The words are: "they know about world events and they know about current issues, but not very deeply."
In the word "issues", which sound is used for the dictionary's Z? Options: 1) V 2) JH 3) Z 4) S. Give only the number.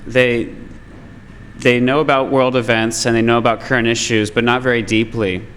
3